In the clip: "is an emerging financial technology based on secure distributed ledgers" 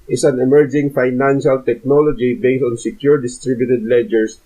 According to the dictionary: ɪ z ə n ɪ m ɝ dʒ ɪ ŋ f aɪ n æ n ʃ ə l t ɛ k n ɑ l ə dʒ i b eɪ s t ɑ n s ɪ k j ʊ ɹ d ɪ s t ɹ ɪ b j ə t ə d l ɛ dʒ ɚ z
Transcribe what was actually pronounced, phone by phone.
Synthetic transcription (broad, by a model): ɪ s ə n ɪ m ɝ dʒ ɪ ŋ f aɪ n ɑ n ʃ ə l t ɛ k n ɑ l ə dʒ i b eɪ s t ɑ n s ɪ k j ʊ ɹ d ɪ s t ɹ ɪ b j ə t ə d l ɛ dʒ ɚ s